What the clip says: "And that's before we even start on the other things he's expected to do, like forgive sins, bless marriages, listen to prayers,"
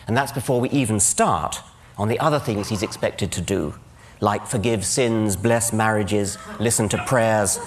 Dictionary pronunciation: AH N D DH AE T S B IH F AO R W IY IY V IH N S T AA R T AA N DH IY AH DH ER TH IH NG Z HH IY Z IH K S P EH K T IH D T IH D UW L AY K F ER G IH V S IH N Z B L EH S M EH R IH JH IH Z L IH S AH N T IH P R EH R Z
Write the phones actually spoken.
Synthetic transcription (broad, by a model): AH N DH AE T S B IH F AO R W IY IY V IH N S T AA R T N DH IY AH DH ER TH IH NG Z HH IY Z IH K S P EH K T IH D T IH D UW L AY K F ER G IH V S IH N Z B L EH S M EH R IH JH IH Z L IH S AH N T IH P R EH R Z